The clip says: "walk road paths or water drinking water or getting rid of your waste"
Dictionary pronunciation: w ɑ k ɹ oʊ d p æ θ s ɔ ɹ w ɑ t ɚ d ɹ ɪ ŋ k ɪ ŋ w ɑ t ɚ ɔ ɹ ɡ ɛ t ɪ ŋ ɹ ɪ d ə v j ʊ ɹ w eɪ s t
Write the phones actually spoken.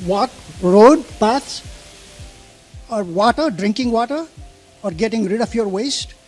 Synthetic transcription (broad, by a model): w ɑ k ɹ oʊ d p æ t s ɔ ɹ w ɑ t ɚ d ɹ ɪ ŋ k ɪ ŋ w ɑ t ɚ ɔ ɹ ɡ ɛ t ɪ ŋ ɹ ɪ d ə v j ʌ ɹ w eɪ s t